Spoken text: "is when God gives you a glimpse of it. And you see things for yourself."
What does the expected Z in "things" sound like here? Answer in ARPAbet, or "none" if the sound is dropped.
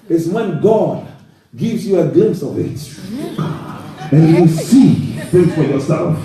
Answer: none